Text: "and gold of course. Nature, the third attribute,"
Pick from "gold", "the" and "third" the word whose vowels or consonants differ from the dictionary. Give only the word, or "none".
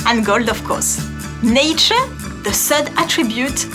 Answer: third